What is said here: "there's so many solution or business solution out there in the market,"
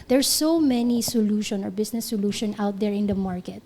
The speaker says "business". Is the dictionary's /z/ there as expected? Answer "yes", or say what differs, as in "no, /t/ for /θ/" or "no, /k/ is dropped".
no, /s/ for /z/